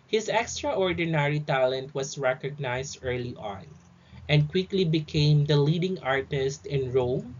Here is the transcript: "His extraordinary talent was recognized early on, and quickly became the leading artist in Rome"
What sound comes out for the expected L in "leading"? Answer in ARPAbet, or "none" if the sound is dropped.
L